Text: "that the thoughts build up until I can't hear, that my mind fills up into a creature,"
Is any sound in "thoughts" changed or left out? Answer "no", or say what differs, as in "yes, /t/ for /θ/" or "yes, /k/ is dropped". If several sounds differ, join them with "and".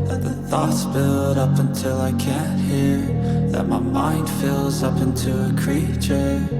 no